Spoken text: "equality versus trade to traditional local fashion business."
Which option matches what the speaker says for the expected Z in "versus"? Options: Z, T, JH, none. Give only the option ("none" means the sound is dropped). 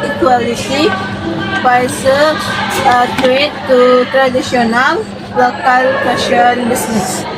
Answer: none